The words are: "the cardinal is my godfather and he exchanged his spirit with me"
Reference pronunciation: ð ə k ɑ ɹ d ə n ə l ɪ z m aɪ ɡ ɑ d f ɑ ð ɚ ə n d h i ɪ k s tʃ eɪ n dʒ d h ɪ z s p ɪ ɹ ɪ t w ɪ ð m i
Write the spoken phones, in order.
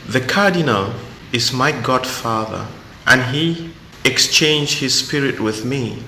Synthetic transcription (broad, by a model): ð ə k ɑ ɹ d ə n ə l ɪ z m aɪ ɡ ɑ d f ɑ ð ɚ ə n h i ɪ k s tʃ eɪ n dʒ d h ɪ z s p ɪ ɹ ɪ t w ɪ ð m i